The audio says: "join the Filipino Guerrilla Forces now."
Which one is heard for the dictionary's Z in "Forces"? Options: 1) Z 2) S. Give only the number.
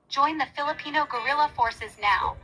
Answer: 1